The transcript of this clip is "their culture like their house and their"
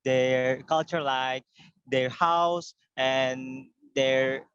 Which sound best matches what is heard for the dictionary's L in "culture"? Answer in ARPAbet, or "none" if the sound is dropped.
L